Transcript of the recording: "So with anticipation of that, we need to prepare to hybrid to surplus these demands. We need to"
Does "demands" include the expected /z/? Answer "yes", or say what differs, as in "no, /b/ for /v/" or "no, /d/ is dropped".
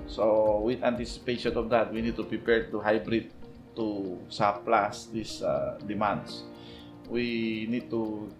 no, /s/ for /z/